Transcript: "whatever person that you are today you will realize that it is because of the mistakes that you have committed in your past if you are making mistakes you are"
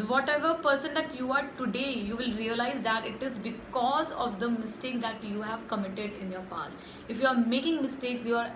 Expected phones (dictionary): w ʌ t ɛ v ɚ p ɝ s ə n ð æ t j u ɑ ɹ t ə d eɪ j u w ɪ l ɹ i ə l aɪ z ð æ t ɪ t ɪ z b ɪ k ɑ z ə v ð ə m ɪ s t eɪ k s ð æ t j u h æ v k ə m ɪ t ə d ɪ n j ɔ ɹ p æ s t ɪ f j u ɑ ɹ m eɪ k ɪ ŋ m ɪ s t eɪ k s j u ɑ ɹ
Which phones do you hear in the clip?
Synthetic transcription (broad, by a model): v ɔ t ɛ v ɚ p ɝ s ə n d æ t j u ɑ ɹ t ə d eɪ j u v ɪ l ɹ i ə l aɪ z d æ t ɪ t ɪ z b ɪ k ɑ z ə v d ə m ɪ s t eɪ k s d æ t j u h æ v k ə m ɪ t ə d ɪ n j ɔ ɹ p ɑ s t ɪ f j u ɑ ɹ m eɪ k ɪ ŋ m ɪ s t eɪ k s j u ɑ ɹ